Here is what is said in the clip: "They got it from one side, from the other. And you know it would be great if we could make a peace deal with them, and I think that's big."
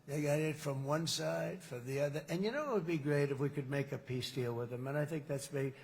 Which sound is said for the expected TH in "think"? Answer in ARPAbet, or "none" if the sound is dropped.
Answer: TH